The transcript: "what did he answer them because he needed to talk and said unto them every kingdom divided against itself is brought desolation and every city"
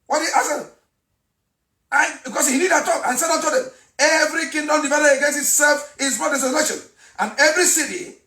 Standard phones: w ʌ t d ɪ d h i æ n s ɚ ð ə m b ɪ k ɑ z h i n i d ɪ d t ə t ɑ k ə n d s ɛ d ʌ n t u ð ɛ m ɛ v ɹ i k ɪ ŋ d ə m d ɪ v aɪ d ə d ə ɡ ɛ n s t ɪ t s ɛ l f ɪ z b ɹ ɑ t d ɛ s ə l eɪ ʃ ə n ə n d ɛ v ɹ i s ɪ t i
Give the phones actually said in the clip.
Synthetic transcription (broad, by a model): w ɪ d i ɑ s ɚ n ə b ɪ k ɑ s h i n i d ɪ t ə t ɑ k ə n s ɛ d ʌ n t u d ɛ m ɛ v ɹ i k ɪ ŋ d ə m d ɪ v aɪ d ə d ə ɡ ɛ n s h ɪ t s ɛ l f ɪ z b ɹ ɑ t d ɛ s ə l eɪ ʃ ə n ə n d ɛ v ɹ i s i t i